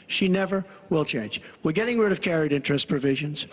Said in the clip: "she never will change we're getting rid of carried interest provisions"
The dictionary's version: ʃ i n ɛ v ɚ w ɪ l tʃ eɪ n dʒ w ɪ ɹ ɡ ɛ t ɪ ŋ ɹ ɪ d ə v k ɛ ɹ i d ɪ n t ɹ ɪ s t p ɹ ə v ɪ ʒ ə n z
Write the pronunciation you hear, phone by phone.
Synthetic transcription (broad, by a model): ʃ i n ɛ v ɚ w ɪ l tʃ eɪ n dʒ w ɪ ɹ ɡ ɛ t ɪ ŋ ɹ ɪ d ə v k ɛ ɹ i d ɪ n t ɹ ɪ s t p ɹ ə v ɪ ʒ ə n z